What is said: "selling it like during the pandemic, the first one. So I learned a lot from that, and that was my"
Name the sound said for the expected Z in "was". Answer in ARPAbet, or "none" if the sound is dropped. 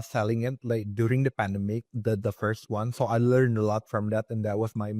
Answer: S